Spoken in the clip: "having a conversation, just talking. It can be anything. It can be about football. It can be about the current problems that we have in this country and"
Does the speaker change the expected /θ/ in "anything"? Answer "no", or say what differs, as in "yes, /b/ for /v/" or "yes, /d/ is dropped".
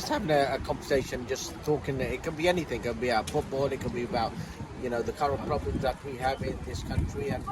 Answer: no